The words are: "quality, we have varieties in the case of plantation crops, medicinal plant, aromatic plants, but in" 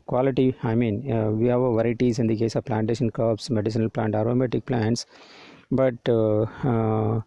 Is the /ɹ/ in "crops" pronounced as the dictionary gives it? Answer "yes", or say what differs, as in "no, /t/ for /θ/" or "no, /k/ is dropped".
no, /ɹ/ is dropped